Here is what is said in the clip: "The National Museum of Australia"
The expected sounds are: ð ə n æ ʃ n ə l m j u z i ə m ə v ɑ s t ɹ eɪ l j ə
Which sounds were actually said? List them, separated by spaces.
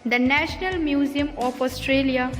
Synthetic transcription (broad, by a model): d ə n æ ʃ n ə l m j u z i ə m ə p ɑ s t ɹ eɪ l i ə